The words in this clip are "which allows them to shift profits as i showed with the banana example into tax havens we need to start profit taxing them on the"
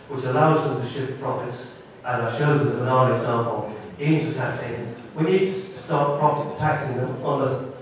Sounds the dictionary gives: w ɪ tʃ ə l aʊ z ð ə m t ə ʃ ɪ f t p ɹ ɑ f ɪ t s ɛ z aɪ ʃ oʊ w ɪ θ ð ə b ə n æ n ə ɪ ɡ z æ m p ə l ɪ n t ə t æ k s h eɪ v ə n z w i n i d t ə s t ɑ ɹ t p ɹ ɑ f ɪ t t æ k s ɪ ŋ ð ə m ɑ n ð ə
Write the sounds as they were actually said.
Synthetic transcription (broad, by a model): w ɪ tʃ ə l aʊ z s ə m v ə ʃ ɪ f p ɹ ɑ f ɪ t s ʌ z aɪ ʃ oʊ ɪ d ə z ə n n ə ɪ ɡ z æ m p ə l ɪ n t ə t æ k s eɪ ə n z w i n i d t ə s t ɑ ɹ t p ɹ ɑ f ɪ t t æ k s ɪ ŋ ð ə m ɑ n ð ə